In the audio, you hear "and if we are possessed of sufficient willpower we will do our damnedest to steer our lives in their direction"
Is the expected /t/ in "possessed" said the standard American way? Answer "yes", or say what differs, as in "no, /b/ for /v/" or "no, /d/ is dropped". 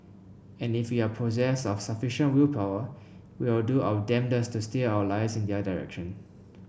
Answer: no, /t/ is dropped